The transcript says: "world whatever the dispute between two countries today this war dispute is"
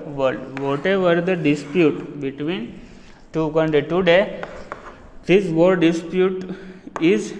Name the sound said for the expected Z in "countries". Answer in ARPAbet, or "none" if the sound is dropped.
none